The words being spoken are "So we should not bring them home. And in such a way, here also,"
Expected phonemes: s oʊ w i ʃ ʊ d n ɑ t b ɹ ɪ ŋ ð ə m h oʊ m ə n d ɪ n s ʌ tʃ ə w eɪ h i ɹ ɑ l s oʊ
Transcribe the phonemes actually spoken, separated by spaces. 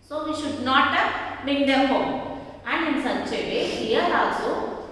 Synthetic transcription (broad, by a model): s oʊ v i ʃ ʊ d n ɑ t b ɪ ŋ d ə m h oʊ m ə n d ɪ n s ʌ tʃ ə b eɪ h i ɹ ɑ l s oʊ